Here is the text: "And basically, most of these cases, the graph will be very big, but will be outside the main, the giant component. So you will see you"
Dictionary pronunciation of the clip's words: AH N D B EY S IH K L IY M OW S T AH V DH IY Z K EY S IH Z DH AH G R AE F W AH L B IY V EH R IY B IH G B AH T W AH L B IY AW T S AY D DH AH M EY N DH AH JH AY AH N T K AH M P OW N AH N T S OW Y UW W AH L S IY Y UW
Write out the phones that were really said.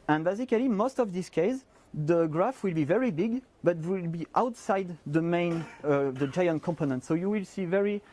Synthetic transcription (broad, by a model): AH N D B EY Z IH K L IY M OW S T AH V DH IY S K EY IH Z DH AH G R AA F W AH L B IY V EH R IY B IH G B AH T W AH L B IY AW T S AY D DH AH M EY N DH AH JH AY AH N T K AH M P OW N AH N T S OW Y UW W AH L S IY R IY